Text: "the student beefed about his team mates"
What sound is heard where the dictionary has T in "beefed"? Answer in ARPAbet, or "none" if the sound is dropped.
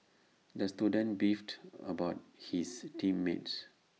T